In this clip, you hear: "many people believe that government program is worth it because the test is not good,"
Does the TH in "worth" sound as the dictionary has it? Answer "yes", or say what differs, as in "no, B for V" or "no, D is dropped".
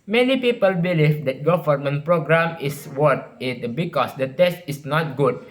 no, T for TH